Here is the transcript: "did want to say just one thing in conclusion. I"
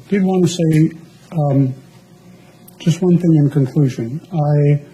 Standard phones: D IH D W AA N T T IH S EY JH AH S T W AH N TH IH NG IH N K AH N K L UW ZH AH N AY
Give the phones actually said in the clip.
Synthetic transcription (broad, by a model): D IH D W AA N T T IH S EY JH AH S T W AH N TH IH NG IH N K AH N K L UW ZH AH N AY